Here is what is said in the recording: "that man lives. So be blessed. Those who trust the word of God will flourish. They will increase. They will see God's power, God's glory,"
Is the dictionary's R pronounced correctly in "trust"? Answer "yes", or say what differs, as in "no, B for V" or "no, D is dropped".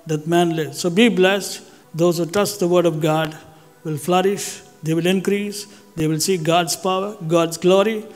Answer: no, R is dropped